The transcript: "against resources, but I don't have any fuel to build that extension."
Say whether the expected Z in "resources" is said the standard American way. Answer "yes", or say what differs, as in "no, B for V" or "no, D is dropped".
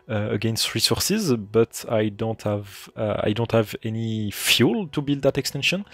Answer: yes